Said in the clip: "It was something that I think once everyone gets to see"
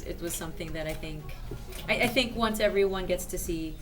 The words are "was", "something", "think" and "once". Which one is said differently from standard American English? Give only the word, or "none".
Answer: none